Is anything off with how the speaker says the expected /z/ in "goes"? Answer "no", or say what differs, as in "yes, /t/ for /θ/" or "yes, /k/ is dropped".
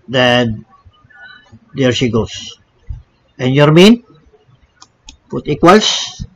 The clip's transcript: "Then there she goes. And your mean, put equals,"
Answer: yes, /s/ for /z/